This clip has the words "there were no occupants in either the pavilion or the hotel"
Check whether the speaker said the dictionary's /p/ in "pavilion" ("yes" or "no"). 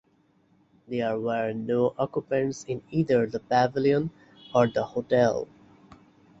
no